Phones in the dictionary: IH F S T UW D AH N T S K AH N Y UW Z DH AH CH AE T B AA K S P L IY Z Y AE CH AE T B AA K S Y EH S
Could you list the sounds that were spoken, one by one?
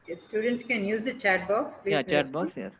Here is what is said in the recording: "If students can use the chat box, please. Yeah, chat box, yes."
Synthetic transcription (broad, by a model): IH S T UW D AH N T S K AH N Y UW Z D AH CH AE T B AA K S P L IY Y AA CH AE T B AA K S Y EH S